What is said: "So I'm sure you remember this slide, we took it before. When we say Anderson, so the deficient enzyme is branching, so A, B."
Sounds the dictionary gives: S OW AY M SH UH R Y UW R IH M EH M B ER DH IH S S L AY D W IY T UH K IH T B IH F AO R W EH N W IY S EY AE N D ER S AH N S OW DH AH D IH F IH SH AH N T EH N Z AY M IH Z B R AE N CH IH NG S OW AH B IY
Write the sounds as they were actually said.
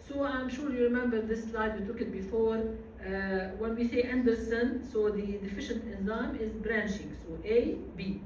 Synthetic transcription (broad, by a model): S OW AY M SH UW R Y UW R IH M EH M B ER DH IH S S L AY D W IY T UH K IH T B IH F AO R W EH N W IY S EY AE N D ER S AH N S OW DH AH D IH F IH SH AH N T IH N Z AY M IH Z B R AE N SH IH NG S OW AH B IY